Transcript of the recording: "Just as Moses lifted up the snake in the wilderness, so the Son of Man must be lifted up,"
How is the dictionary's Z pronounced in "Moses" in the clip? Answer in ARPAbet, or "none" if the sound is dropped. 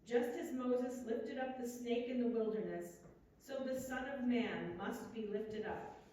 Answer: Z